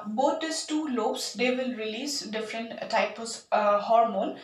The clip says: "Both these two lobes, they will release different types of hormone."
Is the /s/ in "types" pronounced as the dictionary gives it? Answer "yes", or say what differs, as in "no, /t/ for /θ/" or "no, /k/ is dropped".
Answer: no, /s/ is dropped